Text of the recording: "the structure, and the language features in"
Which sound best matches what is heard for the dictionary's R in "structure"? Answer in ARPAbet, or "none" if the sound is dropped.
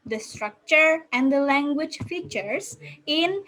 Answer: R